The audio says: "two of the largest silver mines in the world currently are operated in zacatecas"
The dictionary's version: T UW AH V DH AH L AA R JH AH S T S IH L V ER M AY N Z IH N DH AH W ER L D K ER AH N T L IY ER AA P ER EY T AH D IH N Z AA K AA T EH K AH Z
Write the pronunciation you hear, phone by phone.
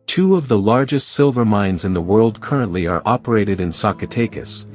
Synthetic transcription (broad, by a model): T UW AH V DH AH L AA R JH AH S T S IH L V ER M AY N Z IH N DH AH W ER L D K ER AH N T L IY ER AA P ER EY T AH D IH N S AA K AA T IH K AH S